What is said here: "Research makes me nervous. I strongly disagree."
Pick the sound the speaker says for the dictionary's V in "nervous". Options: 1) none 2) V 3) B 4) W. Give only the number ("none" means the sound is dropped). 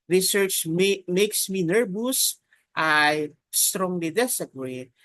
3